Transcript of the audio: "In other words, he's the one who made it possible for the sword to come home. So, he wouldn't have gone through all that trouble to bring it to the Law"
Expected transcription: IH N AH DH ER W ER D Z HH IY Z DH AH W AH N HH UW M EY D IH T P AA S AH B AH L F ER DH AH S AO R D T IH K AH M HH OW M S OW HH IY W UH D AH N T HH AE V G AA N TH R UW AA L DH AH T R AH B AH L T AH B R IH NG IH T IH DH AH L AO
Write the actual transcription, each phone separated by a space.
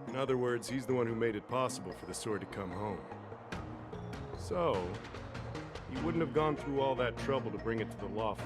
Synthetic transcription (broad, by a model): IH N AH DH ER W ER D Z HH IY Z DH AH W AH N HH UW M EY D IH T P AA S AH B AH L F ER DH AH S AO R D T IH K AH M HH OW M S OW HH IY W UH D N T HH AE V G AA N TH R UW AA L DH AH T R AH B L T AH B R IH NG IH T IH DH AH L AO